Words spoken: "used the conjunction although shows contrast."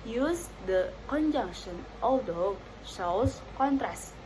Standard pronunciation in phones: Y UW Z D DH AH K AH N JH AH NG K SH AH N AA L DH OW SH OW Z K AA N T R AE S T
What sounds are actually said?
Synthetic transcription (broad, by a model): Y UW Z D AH K AH N JH AH NG K SH AH N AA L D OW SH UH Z K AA N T R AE S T